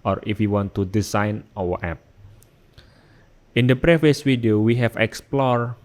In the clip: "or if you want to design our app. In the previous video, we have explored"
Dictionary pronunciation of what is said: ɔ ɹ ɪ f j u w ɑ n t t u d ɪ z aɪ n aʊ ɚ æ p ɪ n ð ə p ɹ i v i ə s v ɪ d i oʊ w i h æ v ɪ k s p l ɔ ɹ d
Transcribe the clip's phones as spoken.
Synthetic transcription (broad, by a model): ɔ ɹ ɪ f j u w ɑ n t t u d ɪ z aɪ n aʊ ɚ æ p ɪ n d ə p ɹ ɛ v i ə s w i d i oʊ w i h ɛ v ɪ k s p l ɔ ɹ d